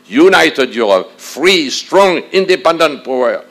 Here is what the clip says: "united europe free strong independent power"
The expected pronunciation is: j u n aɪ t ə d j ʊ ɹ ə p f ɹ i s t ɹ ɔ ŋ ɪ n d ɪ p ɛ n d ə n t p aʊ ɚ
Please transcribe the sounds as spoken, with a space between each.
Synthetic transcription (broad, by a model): j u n aɪ t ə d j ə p f ɹ i s t ɹ ɔ ŋ ɪ n d ɪ p ɛ n d ə n t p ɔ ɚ